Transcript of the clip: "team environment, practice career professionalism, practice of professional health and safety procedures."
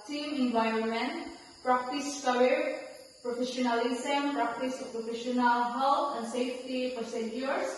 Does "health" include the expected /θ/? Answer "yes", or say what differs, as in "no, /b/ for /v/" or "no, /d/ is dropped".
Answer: no, /t/ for /θ/